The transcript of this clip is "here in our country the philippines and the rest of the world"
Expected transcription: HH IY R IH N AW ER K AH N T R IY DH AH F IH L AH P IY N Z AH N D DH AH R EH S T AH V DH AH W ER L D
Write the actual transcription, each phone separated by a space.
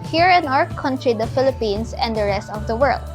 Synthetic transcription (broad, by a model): HH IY R IH N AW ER K AH N T R IY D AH F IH L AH P IY N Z AH N D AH R EH S T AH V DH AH W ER L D